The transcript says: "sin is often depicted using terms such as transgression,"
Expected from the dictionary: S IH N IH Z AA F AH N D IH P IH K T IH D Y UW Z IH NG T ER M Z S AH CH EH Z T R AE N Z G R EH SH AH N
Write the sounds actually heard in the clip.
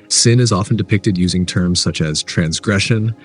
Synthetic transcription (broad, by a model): S IH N IH Z AA F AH N D IH P IH K T IH D Y UW Z IH NG T ER M Z S AH CH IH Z T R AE N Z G R EH SH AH N